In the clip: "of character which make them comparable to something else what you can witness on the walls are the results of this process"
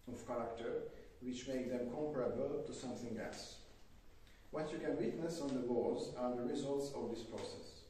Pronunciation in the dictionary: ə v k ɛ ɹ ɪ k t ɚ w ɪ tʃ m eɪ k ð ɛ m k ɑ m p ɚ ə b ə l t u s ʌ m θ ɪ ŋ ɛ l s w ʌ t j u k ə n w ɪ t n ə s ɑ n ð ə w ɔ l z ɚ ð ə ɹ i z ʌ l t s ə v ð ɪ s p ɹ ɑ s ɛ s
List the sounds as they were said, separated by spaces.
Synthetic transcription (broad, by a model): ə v k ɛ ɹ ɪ k t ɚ w ɪ tʃ m eɪ k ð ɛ m k ɑ m p ɚ ə b ə l t u s ʌ m θ ɪ ŋ ɛ l s w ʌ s j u k ə n w ɪ t n ə s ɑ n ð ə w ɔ z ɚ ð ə ɹ i z ʌ l t s ə v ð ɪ s p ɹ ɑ s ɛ s